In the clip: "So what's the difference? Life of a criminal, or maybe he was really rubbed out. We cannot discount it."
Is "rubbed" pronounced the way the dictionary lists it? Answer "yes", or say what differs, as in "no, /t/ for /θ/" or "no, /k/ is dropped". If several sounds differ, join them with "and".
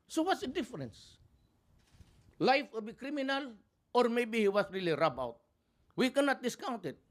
no, /d/ is dropped